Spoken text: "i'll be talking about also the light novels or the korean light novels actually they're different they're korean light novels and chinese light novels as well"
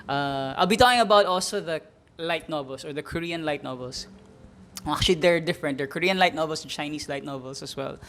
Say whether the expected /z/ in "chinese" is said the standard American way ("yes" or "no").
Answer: no